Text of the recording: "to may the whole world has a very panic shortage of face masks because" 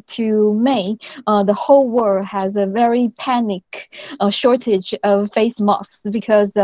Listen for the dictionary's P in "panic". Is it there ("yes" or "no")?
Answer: yes